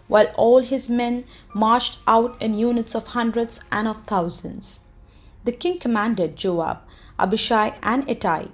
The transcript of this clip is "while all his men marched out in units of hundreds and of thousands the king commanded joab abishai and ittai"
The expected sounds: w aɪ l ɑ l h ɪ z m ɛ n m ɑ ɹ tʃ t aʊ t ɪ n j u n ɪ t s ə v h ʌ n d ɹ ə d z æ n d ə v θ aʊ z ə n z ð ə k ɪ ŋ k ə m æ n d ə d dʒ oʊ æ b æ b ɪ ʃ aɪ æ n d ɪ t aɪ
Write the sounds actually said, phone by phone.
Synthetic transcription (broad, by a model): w aɪ l ɑ l h ɪ z m ɛ n m ɑ ɹ tʃ t aʊ t ɪ n j u n ɪ t s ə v h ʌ n d ɹ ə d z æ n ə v t aʊ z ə n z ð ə k ɪ ŋ k ə m æ n d ə d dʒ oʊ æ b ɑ b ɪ ʃ aɪ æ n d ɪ t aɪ